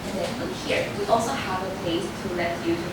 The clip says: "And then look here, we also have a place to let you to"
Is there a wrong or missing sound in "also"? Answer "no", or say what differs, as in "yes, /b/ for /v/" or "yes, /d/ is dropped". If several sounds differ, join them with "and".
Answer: no